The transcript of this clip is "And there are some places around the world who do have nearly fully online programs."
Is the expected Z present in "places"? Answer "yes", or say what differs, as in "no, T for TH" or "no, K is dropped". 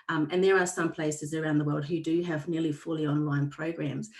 yes